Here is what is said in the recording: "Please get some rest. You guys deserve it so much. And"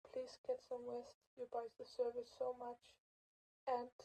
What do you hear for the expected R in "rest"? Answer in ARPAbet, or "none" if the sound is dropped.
W